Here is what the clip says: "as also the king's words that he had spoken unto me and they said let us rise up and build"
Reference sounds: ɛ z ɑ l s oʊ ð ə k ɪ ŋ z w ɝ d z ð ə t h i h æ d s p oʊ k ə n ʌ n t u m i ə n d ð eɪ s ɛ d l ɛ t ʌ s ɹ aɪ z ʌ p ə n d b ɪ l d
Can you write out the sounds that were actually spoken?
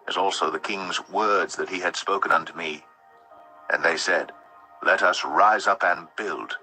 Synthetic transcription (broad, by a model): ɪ z ɑ l s oʊ ð ə k ɪ ŋ z w ɝ d z ð ə t h i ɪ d s p oʊ k ə n ʌ n t u m i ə n ð eɪ s ɛ d l ɛ t ʌ s ɹ aɪ z ʌ p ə n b ɪ l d